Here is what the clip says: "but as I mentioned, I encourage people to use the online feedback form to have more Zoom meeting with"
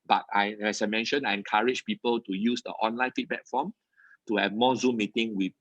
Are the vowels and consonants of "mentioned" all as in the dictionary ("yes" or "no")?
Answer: no